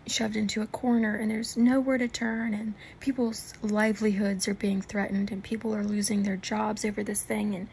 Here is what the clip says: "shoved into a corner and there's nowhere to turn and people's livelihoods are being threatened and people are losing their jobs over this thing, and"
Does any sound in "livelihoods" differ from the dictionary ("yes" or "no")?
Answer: no